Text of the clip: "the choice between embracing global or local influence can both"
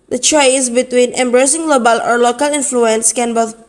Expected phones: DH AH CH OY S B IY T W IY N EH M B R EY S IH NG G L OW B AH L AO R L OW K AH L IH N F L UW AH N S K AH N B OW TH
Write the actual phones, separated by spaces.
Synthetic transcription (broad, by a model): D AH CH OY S B IY T W IY N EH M B R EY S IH NG G L OW B AH L AO R L OW K AH L IH N F L UW AH N S K AH N B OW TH